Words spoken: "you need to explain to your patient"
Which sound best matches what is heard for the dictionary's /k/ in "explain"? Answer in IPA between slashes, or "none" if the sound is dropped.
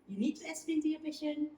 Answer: none